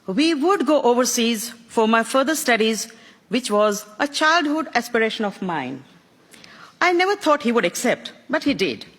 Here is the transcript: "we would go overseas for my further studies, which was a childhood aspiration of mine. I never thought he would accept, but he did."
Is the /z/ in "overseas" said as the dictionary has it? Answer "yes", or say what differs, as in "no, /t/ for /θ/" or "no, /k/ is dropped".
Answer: yes